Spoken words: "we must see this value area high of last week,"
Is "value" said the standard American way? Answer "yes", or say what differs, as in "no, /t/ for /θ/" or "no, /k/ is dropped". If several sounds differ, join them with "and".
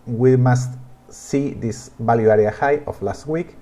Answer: no, /b/ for /v/